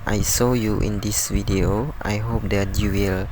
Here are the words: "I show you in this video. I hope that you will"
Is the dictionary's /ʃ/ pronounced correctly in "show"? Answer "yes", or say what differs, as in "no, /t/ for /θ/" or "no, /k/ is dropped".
no, /s/ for /ʃ/